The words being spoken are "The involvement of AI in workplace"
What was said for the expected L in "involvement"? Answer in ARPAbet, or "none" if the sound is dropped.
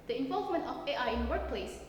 L